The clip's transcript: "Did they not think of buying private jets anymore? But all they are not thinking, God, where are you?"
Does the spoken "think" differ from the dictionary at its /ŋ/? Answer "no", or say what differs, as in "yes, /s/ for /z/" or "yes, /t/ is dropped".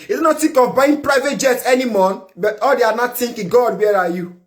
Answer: yes, /ŋ/ is dropped